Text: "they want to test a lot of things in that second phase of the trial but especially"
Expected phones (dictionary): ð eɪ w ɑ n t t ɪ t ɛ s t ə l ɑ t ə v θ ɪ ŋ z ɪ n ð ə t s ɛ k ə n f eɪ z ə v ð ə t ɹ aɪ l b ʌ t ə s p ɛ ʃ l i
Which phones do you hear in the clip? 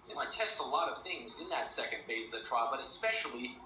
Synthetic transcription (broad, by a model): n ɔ ɑ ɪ t ɛ s t ə l ɑ t ə v θ ɪ ŋ z ɪ n ð ə t s ɛ k ə n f eɪ ə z ð ə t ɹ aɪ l b ʌ t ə s p ɛ ʃ l i